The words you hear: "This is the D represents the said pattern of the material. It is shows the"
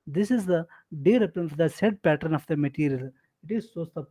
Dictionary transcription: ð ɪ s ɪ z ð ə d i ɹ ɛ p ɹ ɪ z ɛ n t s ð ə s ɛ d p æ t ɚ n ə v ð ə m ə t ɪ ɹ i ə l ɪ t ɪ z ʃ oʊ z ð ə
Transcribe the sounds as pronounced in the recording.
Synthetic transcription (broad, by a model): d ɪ s ɪ z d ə d i ɹ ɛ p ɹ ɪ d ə s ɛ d p æ t ɚ n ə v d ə m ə t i ɹ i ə l ɪ t ɪ z s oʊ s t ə